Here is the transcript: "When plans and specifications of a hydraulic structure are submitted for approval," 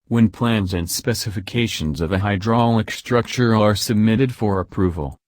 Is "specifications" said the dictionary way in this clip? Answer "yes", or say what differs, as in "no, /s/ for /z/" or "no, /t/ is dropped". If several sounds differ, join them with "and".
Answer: yes